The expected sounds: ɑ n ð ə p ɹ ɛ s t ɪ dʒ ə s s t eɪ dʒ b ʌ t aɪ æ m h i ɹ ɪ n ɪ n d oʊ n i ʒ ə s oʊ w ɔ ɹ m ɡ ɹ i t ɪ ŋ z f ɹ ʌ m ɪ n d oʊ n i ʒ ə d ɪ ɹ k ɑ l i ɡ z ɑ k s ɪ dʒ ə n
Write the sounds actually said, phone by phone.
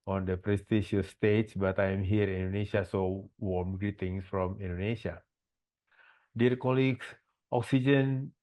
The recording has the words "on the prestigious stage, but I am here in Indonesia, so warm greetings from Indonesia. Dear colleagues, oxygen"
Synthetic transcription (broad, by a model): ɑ n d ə p ɹ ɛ s t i ʃ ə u s t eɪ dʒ b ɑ t aɪ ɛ m h i ɹ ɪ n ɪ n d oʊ n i ʃ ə s oʊ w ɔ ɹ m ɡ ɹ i t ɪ ŋ s f ɹ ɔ m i n d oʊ n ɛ ʃ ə d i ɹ k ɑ l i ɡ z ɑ k s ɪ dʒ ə n